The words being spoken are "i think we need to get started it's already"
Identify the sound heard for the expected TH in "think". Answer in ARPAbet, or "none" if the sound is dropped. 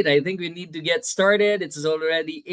TH